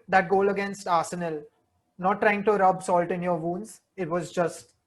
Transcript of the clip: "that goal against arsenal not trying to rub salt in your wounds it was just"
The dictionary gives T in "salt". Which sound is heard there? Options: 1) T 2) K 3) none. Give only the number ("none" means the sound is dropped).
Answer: 1